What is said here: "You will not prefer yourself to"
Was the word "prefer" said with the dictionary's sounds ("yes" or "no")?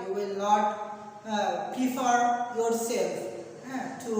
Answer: no